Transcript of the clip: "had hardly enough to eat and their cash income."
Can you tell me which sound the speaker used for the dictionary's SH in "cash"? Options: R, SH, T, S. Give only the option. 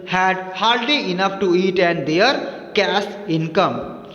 S